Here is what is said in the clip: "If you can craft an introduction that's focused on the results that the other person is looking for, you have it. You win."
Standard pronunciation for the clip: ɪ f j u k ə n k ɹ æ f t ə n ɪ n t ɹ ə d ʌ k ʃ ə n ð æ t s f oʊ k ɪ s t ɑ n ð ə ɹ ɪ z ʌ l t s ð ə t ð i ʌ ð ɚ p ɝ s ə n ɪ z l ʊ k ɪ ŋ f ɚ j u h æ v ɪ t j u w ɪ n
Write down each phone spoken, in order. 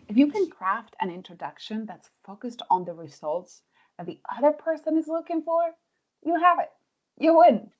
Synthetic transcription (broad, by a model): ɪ f j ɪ k ə n k ɹ æ f t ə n ɪ n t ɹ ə d ʌ k ʃ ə n ð æ t s f oʊ k ɪ s t n ð ə ɹ ɪ z ʌ l t s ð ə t ð i ʌ ð ɚ p ɝ s ə n ɪ z l ʊ k ɪ ŋ f ɚ j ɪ h æ v ɪ t j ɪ w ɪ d